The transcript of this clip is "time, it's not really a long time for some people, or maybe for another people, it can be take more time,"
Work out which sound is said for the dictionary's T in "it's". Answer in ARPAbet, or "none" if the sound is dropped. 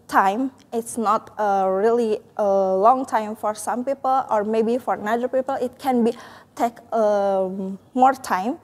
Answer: T